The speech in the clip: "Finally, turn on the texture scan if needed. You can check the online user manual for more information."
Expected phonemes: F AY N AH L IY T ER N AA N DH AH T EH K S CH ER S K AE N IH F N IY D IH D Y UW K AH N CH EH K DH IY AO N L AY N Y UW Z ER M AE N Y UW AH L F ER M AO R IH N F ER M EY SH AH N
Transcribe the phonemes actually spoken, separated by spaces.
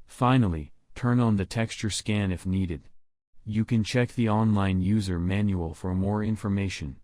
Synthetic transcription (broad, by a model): F AY N L IY T ER N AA N DH AH T EH K S CH ER S K AE N IH F N IY D IH D Y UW K AH N CH EH K DH IY AO N L AY N Y UW Z ER M AE N Y UW AH L F ER M AO R IH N F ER M EY SH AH N